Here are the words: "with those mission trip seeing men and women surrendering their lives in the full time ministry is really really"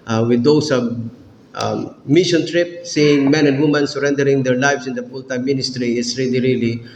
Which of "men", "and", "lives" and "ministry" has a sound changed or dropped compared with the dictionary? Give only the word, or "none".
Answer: lives